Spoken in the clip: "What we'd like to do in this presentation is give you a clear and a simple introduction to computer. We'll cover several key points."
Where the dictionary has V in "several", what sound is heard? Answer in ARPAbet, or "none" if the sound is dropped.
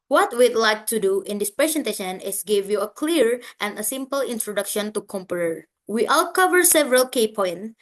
V